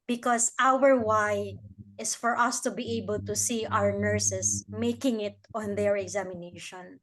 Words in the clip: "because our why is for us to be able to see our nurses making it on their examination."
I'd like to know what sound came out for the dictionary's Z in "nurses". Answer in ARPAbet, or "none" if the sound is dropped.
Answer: S